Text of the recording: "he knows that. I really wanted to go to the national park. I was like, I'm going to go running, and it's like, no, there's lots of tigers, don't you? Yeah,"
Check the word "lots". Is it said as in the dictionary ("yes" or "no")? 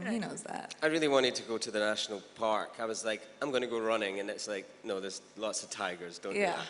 yes